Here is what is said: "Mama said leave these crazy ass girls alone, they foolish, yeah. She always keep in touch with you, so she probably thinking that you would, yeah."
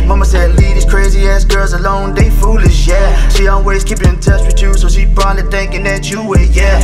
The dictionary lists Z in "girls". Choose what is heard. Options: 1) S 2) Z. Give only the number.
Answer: 2